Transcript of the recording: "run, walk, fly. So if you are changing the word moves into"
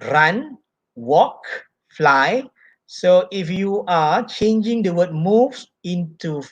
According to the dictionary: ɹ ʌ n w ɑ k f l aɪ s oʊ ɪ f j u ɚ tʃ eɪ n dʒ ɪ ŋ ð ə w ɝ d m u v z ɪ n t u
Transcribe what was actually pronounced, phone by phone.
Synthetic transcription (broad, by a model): ɹ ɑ n w ɑ k f l aɪ s oʊ ɪ f j u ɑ tʃ eɪ n dʒ ɪ ŋ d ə w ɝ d m u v ɪ n t u